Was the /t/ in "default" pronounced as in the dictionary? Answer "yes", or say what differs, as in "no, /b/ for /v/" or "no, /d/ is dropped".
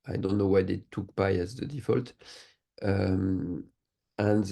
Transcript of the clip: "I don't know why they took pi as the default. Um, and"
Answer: yes